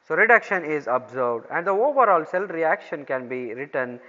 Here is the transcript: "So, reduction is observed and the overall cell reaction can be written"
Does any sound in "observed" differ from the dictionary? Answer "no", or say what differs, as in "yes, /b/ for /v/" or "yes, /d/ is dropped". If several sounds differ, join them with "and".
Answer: yes, /b/ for /v/